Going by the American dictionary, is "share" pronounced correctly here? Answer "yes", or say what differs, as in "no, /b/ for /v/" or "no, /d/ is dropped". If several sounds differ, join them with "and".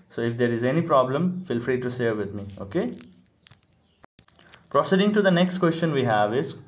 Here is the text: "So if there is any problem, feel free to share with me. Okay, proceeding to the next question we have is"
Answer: no, /s/ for /ʃ/